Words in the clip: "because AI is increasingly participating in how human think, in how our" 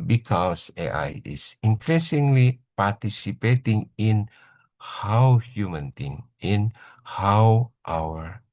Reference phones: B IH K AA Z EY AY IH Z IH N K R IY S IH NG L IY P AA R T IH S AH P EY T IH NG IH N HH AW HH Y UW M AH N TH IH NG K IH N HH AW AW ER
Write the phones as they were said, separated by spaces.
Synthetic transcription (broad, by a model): B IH K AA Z EY AY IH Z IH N K R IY S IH NG L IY P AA R T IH S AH P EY T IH NG IH N HH AW HH Y UW M AH N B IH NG IH N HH AW AW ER